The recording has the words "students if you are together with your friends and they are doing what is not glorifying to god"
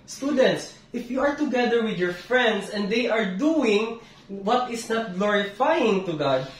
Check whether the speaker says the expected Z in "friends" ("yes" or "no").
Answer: no